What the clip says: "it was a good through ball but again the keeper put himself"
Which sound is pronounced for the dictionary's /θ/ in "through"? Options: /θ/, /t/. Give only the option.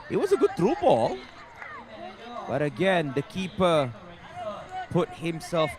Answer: /t/